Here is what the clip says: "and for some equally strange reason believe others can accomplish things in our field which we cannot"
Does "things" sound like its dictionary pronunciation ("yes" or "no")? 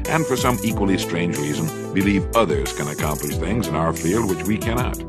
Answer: yes